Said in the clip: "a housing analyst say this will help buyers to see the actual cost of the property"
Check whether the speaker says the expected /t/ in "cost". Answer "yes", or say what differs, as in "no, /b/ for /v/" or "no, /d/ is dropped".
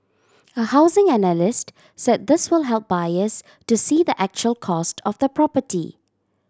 yes